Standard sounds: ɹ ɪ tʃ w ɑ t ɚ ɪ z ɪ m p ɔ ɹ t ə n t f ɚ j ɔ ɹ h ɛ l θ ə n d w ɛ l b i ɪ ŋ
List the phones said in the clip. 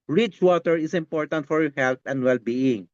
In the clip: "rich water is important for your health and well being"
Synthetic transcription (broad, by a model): ɹ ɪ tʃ w ɑ t ɚ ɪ s ɪ m p ɔ ɹ t ə n t f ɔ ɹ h ɛ l t ə n d w ɛ l b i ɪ ŋ